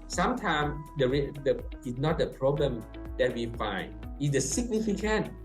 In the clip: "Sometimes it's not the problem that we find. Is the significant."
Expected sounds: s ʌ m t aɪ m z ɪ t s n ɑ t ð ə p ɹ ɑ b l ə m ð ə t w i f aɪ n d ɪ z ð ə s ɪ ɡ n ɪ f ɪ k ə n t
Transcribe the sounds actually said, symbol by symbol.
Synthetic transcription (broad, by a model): s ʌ m t aɪ m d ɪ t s n ɑ t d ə p ɹ ɑ b l ə m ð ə t w i f aɪ n d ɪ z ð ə s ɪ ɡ n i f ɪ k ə n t